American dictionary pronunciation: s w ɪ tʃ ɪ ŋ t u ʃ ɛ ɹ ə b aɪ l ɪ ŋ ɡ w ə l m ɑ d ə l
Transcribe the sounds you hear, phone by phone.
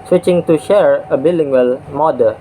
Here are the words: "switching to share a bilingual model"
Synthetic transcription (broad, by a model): s w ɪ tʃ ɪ ŋ t u ʃ ɛ ɹ ə b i l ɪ ŋ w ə l m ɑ d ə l